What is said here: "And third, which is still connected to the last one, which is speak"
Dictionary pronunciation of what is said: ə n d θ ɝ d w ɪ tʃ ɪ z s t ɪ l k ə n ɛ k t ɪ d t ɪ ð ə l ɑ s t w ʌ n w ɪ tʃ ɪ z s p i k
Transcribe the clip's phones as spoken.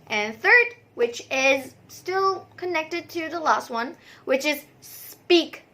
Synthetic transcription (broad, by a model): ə n θ ɝ d w ɪ tʃ ɪ z s t ɪ l k ə n ɛ k t ɪ d t ɪ ð ə l ɑ s t w ʌ n w ɪ tʃ ɪ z s p i k